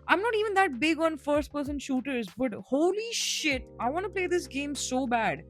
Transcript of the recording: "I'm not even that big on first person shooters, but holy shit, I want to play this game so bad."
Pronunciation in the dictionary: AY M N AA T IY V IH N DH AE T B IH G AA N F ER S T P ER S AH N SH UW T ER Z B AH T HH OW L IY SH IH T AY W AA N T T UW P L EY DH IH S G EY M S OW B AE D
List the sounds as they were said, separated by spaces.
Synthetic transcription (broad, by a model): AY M N AA T IY V IH N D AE T B IH G AA N F ER S T P ER S AH N SH UW T ER Z B AH T HH OW L IY SH IH T AY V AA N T T UW P L EY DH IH S G EY M S OW B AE D